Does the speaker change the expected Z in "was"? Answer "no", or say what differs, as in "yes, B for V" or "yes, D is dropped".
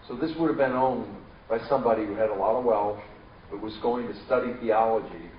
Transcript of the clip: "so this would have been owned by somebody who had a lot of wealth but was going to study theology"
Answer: no